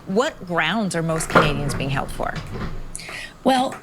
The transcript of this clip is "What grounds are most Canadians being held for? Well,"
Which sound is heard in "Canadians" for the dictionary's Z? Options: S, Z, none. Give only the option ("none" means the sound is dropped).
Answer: Z